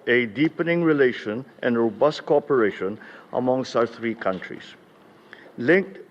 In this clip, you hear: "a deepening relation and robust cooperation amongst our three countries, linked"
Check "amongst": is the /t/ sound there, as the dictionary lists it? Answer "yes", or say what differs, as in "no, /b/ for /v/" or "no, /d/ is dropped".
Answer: no, /t/ is dropped